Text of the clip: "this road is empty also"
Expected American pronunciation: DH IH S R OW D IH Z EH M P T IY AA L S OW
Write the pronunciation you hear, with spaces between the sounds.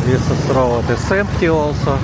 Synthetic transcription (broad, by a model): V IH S R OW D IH S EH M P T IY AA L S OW